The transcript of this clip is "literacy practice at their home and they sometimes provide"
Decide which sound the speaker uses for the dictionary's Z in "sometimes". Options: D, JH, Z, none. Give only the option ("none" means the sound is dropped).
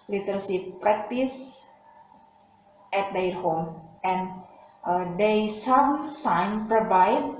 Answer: none